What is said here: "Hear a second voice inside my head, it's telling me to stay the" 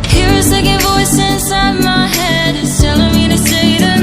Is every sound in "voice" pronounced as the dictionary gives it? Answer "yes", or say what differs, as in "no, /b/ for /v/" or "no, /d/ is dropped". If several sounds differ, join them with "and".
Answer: yes